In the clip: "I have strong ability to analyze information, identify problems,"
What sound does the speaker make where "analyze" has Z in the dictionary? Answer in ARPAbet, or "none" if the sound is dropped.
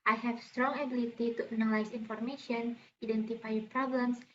S